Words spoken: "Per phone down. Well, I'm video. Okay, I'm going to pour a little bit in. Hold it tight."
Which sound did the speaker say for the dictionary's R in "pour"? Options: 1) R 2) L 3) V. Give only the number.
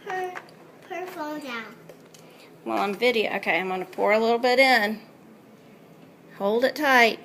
1